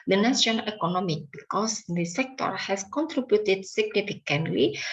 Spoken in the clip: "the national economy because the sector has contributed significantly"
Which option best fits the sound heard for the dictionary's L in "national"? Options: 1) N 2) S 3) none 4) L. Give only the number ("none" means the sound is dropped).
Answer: 1